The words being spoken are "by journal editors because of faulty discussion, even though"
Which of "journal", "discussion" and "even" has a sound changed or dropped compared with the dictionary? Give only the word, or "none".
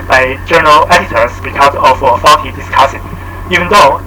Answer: discussion